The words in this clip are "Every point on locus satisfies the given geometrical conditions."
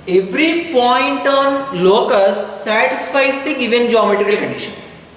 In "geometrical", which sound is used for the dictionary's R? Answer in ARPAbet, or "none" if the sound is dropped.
none